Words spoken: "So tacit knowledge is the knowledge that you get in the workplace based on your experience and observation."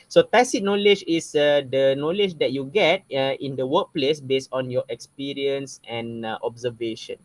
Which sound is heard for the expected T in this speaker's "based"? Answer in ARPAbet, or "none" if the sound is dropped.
T